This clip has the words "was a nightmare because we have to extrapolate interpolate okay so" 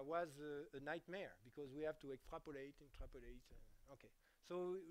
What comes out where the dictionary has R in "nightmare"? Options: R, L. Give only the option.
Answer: R